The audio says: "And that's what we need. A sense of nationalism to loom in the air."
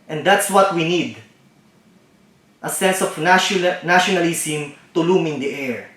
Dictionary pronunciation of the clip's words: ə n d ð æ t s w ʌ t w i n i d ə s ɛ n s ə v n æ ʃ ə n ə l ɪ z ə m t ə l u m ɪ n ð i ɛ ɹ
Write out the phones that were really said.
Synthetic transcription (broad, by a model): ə n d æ t s w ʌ t w i n i d ə s ɛ n s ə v n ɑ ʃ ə n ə l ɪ s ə m t ə l u m ɪ n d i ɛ ɹ